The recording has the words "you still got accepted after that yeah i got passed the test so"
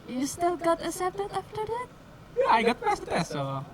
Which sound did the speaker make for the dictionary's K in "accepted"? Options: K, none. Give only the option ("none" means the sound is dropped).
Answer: none